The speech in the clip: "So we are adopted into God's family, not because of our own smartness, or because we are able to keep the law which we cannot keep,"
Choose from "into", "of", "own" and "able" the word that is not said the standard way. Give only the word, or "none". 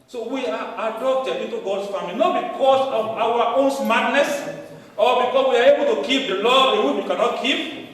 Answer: of